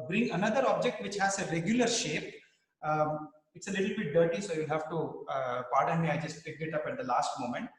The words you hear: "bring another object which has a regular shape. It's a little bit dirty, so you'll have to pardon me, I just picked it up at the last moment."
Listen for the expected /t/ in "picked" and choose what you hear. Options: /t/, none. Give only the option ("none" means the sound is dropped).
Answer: none